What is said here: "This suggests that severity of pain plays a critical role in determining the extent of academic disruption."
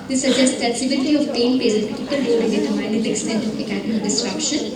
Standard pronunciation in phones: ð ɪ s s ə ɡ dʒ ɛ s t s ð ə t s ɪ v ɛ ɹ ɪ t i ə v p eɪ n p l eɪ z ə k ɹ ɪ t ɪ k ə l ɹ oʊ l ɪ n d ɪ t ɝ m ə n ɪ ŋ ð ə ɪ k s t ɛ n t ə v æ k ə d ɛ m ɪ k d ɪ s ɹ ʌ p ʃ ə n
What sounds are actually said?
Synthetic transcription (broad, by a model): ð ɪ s s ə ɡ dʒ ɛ s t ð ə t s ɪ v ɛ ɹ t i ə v p eɪ n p eɪ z ə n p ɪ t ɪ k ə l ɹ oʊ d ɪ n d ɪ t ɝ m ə ɪ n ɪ k s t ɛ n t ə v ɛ k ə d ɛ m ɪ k d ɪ s ɹ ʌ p ʃ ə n